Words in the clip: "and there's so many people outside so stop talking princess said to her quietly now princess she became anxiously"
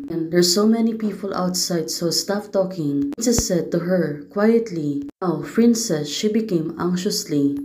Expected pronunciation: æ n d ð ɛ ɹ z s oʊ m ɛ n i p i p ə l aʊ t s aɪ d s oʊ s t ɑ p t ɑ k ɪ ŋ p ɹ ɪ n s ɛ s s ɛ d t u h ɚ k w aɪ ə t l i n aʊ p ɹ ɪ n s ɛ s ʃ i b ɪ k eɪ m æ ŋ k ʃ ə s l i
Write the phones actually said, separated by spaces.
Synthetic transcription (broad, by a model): n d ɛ ɹ s oʊ m ɛ n i p i p ə l aʊ t s aɪ d s oʊ s t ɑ f t ɑ k ɪ ŋ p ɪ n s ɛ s s ɛ d t u h ɚ k w aɪ ə t l i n aʊ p ɹ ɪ n s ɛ s ʃ i b ɪ k eɪ m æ ŋ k ʃ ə s l i